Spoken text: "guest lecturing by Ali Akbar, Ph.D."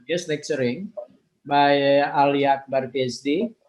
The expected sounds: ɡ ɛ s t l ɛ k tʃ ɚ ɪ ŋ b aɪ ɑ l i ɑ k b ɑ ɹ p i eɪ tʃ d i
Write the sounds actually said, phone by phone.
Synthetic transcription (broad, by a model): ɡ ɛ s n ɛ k s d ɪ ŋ b aɪ ɑ l i ɑ k b ɑ ɹ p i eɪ s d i